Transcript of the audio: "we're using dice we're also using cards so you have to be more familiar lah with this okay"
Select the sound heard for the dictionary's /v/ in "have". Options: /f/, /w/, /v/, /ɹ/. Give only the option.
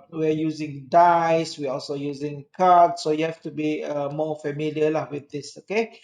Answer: /f/